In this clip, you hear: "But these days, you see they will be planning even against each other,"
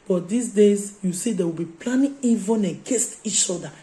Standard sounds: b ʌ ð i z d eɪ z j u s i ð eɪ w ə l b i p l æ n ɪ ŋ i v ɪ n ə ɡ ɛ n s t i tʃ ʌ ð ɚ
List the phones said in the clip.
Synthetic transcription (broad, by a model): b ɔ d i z d eɪ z j u s i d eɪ w ə l b i p l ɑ n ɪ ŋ i v ɪ n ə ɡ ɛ s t i tʃ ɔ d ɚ